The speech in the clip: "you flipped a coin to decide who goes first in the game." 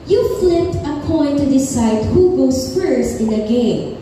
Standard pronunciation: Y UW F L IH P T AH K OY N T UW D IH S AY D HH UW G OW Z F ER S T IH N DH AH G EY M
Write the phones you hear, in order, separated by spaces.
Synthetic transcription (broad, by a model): Y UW F L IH T AH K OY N T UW D IH S AY D HH UW G OW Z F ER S IH N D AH G EY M